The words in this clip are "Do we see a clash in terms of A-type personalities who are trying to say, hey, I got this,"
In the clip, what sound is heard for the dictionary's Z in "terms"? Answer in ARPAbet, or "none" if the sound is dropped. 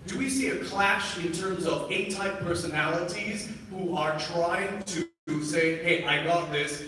Z